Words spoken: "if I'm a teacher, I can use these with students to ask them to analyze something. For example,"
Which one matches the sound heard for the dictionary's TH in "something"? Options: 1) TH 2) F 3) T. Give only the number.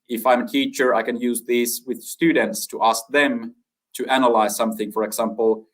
1